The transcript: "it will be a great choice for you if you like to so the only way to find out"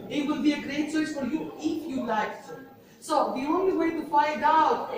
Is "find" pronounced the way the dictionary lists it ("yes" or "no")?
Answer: yes